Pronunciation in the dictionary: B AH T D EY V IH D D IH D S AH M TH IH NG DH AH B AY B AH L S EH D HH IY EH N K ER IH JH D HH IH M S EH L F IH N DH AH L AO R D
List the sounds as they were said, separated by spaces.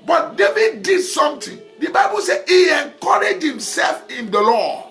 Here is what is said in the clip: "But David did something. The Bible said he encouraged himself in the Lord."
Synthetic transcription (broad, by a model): B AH T D EY V IH D D IH D S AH M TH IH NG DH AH B AY B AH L S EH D HH IY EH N K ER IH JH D HH IH M S EH L F IH N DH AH L AO